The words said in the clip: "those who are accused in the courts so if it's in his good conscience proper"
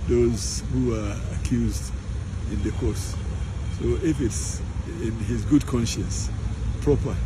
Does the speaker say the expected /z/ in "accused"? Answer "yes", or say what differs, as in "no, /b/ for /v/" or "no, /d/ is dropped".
yes